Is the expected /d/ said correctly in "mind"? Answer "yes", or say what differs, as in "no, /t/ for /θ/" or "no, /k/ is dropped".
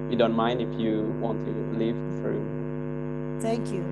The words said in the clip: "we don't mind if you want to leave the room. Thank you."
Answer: yes